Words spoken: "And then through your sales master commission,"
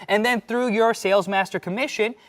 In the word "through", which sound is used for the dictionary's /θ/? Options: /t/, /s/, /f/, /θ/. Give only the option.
/θ/